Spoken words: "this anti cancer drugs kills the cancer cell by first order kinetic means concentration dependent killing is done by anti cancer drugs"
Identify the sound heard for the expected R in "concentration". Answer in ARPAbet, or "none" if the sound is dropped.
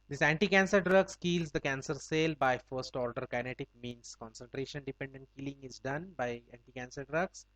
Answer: R